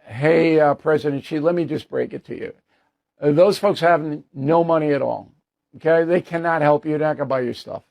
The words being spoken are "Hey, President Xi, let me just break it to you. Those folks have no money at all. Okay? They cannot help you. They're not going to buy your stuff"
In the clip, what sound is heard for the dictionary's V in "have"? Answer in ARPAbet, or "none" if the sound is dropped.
V